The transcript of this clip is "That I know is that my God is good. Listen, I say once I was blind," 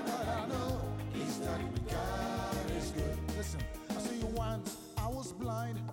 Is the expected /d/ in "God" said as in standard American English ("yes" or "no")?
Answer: no